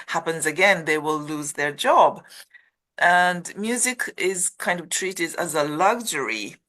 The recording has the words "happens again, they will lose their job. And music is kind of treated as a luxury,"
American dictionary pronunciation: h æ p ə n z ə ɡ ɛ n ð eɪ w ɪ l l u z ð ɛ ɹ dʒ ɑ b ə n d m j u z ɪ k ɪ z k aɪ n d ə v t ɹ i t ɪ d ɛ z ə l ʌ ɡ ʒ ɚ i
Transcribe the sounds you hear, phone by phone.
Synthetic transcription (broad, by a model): h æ p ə n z ə ɡ ɛ n ð eɪ w ɪ l l u z ð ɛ ɹ dʒ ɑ b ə n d m j u z ɪ k ɪ z k aɪ n d ə v t ɹ i t ɪ d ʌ z ə l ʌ ɡ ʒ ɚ i